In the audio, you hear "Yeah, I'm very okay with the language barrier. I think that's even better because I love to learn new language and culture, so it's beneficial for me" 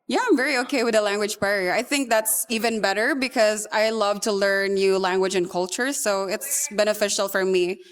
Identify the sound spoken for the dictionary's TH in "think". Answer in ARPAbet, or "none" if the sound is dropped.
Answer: TH